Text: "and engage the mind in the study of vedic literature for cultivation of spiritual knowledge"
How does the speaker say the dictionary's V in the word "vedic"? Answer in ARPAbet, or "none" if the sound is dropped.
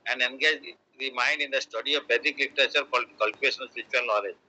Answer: P